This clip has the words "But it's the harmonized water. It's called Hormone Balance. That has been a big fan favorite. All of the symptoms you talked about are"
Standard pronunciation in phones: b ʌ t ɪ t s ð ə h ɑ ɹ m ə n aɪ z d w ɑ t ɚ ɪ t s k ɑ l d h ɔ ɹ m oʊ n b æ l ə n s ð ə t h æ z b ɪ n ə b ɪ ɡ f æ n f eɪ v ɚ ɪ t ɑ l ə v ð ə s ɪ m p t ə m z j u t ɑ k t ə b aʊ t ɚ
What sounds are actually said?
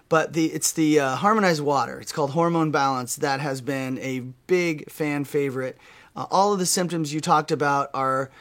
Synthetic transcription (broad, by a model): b ʌ t ɪ t s ð ə h ɑ ɹ m ə n aɪ z d w ɑ t ɚ ɪ t s k ɑ l d h ɔ ɹ m oʊ n b æ l ə n s ð ə t h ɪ z b ɪ n ə b ɪ ɡ f æ n f eɪ v ɚ ɪ t ɑ l ə v ð ə s ɪ m p t ə m z j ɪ t ɑ k t ə b aʊ t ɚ